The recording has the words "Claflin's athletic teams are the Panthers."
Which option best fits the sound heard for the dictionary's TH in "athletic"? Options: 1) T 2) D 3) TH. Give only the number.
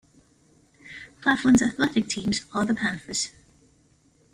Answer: 3